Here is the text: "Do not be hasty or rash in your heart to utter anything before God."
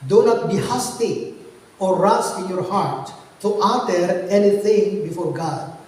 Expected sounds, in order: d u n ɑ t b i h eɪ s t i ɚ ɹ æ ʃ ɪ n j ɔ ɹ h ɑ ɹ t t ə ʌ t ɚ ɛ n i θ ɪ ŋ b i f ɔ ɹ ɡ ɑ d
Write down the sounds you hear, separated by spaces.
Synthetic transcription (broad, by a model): d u n ɑ t b i h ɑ s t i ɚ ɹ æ s ɪ n j ɔ ɹ h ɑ ɹ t t ə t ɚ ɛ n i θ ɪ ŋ b i f ɔ ɹ ɡ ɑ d